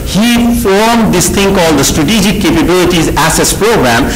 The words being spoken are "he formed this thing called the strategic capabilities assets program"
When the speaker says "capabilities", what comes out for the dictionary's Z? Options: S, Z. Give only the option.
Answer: Z